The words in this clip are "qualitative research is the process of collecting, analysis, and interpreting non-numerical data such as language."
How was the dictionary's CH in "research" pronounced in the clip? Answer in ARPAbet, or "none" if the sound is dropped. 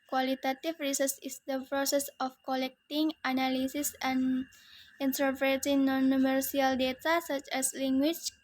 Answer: S